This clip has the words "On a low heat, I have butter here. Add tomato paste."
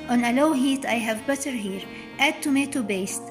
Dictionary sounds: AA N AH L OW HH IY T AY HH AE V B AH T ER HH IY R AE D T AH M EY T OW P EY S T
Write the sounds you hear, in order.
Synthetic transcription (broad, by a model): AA N AH L OW HH IY T AY HH AE V B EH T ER HH IY R AE D T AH M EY T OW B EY S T